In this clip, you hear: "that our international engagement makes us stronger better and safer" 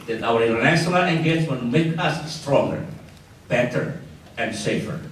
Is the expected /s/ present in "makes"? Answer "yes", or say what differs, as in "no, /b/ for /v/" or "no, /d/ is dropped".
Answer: no, /s/ is dropped